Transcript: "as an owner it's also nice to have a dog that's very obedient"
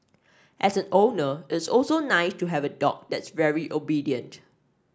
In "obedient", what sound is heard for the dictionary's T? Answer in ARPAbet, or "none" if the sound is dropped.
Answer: T